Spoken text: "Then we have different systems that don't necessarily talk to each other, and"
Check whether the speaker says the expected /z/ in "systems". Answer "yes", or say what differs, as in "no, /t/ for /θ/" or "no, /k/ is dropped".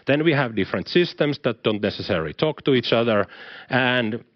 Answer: no, /s/ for /z/